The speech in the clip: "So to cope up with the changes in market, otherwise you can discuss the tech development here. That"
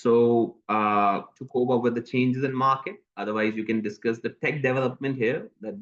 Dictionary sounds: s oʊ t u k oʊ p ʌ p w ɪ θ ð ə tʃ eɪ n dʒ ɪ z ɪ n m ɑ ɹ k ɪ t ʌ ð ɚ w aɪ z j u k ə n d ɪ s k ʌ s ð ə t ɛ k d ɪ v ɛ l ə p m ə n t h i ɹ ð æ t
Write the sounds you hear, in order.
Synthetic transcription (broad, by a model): s oʊ t u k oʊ b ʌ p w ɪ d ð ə tʃ eɪ n dʒ ɪ z ɪ n m ɑ ɹ k ɪ t ʌ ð ɚ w aɪ z j u k ə n d ɪ s k ʌ s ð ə t ɛ k d ɪ v ɛ l ə p m ə n t h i ɹ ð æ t